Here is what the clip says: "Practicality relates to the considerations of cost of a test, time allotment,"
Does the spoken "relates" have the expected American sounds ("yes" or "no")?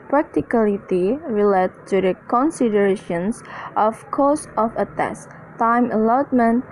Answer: no